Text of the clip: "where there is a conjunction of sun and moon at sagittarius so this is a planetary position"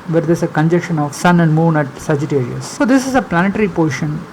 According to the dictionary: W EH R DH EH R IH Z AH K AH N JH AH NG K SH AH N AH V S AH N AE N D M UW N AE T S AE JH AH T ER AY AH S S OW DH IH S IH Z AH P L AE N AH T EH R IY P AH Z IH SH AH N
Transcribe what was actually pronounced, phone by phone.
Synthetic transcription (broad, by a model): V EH R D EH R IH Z AH K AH N JH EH K SH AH N AH V S AH N AE N D M UW N AE T S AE JH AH T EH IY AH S S OW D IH S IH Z AH P L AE N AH T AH R IY P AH SH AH N